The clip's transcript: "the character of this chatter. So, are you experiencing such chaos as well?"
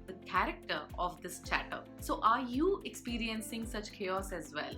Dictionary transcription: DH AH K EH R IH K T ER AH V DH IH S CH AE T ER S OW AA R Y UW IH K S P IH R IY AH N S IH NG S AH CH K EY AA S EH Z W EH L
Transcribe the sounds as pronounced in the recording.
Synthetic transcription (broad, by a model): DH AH K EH R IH K T ER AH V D IH S CH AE T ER S OW AA R Y UW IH K S P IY R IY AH N S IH NG S AH CH K EY AA S EH Z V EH L